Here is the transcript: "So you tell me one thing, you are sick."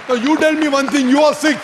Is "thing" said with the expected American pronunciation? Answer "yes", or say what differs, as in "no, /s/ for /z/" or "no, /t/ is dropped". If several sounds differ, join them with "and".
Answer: no, /t/ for /θ/